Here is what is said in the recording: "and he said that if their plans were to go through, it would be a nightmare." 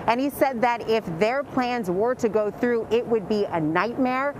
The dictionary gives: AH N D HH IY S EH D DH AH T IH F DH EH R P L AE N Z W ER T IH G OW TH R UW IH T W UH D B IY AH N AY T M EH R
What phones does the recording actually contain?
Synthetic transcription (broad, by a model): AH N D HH IY S EH D DH AH T IH F DH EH R P L AE N Z W ER T IH G OW TH R UW IH T W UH D B IY AH N AY T M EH R